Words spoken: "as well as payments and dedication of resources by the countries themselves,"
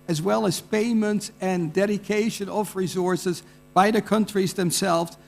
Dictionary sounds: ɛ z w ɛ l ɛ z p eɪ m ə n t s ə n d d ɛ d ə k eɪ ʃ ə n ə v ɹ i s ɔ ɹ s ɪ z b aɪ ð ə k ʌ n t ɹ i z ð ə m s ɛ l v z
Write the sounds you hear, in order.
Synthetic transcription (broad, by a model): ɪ z w ɛ l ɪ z p eɪ m ə n t s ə n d d ɛ d ə k eɪ ʃ ə n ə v ɹ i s ɔ ɹ s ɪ z b aɪ ð ə k ʌ n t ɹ i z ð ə m s ɛ l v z